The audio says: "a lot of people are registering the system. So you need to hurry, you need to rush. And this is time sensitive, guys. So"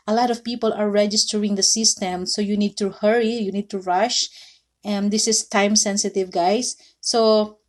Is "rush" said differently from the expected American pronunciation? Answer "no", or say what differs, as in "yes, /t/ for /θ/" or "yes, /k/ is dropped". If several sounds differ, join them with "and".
no